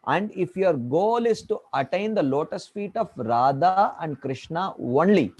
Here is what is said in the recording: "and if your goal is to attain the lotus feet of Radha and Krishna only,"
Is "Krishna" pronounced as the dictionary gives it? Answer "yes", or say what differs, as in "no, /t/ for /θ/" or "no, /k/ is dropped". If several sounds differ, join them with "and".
yes